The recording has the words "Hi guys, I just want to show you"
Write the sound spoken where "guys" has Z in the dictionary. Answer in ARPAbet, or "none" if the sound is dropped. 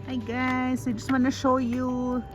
S